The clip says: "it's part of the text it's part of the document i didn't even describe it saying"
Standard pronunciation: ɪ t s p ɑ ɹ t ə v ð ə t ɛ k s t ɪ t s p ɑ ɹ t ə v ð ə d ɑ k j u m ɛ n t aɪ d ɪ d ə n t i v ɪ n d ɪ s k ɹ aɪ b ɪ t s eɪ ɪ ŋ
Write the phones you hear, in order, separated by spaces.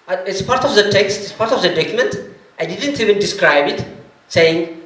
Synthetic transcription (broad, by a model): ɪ t s p ɑ ɹ t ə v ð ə t ɛ k s t ɪ t s p ɑ ɹ t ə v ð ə d ɑ k j u m ɛ n t aɪ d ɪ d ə n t i v ɪ n d ɪ s k ɹ aɪ b ɪ t s eɪ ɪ ŋ